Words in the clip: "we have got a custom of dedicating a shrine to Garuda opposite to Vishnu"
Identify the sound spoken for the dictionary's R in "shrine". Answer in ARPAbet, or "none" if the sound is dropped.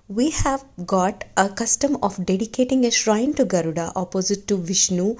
R